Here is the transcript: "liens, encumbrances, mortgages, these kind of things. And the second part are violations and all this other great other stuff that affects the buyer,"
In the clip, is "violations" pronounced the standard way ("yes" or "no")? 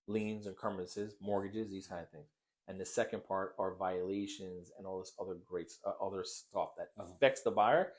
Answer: yes